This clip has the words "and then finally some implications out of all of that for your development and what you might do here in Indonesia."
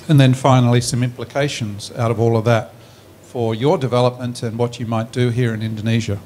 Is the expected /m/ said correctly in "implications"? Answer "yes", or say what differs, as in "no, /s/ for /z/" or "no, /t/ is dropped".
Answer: yes